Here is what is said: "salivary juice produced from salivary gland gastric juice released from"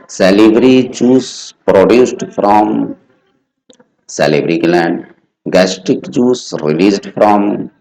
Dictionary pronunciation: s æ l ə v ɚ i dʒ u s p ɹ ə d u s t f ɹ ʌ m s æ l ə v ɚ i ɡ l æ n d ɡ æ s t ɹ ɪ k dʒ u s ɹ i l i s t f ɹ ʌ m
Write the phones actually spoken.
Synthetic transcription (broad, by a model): s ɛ l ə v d i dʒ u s p ɹ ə d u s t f ɹ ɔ m s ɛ l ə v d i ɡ l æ n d ɡ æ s t ɪ k dʒ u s ɹ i l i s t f ɹ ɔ m